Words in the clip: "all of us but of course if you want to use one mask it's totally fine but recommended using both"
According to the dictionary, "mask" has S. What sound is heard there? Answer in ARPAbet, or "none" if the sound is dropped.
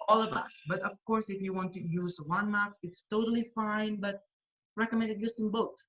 none